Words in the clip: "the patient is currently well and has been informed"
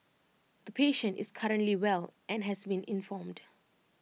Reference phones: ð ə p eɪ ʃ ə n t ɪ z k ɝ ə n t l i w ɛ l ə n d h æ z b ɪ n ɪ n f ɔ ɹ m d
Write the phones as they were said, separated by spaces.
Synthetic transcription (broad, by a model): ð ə p eɪ ʃ ə n t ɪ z k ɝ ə n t l i w ɛ l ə n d h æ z b ɪ n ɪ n f ɔ m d